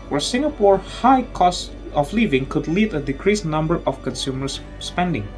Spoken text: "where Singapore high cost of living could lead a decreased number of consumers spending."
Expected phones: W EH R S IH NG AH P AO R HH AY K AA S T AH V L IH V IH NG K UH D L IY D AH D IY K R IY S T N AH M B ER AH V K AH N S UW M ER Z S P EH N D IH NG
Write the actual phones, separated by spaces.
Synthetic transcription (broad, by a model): W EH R S IH NG AH P AO R HH AY K AA S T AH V L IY V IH NG K UH D L IY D AH D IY K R IY S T N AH M B ER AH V K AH N S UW M ER S P EH N D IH NG